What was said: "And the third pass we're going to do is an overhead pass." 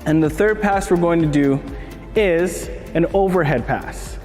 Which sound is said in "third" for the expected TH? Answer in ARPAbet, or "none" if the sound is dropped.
TH